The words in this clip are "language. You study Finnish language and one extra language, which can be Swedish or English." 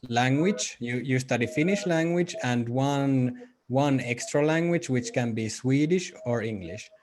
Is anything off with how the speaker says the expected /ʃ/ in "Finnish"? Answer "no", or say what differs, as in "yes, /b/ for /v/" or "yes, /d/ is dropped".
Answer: no